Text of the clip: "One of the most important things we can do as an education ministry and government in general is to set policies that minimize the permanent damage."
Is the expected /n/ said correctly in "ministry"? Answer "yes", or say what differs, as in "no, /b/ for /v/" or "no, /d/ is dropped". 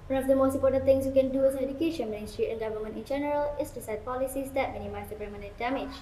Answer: no, /n/ is dropped